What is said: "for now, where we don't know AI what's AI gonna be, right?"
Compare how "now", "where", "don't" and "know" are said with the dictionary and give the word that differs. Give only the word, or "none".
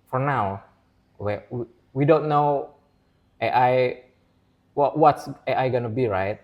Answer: where